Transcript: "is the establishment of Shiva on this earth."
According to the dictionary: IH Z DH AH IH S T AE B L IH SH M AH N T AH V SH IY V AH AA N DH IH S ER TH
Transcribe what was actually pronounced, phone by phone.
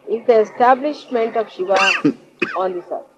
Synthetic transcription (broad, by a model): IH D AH IH S T AE B L IH SH M AH N T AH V SH IY V AH AA N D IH S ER